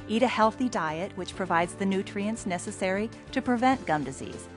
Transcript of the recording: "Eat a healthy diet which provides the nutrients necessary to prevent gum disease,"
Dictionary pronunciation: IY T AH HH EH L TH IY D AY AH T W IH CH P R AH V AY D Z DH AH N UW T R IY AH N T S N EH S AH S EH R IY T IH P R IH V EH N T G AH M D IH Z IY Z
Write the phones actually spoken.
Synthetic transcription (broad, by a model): IY T AH HH EH L TH IY D AY AH T W IH CH P R AH V AY D Z DH AH N UW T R IY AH N T S N EH S AH S EH R IY T IH P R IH V EH N G AH M D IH Z IY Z